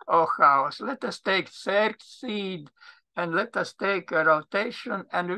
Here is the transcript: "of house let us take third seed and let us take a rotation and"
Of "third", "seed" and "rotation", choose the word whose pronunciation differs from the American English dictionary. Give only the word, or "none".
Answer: third